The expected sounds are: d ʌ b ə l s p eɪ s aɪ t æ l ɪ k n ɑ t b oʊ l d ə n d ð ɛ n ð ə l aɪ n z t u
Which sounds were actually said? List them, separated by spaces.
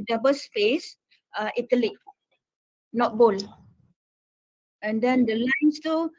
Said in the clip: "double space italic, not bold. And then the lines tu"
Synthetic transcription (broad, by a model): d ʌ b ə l s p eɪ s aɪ t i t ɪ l n ɑ t b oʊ l ə n d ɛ n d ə l aɪ n s t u